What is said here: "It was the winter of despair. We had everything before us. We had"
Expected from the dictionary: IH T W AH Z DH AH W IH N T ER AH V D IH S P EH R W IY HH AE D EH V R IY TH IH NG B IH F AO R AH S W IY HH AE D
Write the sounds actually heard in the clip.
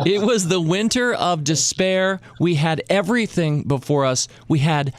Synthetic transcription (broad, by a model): IH T W AH Z DH AH W IH N T ER AH V D IH S P EH R W IY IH D EH V R IY TH IH NG B IH F AO R AH S W IY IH D